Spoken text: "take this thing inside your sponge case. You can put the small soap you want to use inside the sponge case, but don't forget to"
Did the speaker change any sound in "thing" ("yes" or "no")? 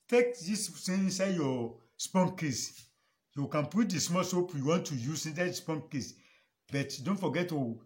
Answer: yes